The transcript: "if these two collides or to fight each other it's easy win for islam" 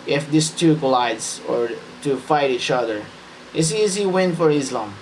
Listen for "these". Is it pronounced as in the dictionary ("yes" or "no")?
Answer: no